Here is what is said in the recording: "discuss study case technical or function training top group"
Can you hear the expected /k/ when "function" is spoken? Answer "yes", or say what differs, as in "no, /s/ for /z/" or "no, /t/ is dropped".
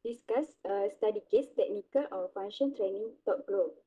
no, /k/ is dropped